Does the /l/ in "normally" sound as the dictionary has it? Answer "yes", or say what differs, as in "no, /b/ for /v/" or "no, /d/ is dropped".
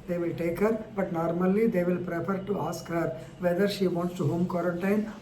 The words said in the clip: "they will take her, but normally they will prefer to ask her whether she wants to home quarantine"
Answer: yes